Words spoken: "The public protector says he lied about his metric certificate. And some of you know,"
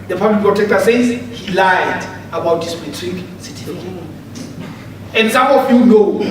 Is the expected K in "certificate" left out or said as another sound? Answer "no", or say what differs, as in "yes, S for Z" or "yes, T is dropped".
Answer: yes, K is dropped